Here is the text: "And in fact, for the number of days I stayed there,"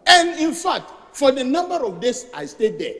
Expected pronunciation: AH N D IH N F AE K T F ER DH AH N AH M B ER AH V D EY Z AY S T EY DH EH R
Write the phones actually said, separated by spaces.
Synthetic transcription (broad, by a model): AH N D IH N F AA K T F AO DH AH N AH M B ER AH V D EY S AY S T EY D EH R